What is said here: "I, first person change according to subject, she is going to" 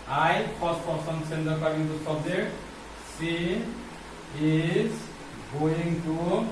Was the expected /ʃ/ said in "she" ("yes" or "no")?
no